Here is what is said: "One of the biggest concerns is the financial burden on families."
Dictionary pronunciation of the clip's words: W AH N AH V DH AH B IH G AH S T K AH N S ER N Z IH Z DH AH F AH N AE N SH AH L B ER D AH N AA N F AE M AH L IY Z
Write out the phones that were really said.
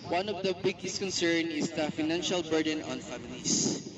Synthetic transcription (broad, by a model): W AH N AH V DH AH B IH G AH S T K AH N S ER N IH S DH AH F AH N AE N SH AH L B ER D AH N AA N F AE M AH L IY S